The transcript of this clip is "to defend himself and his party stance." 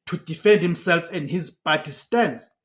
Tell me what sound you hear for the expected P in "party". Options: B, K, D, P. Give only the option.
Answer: B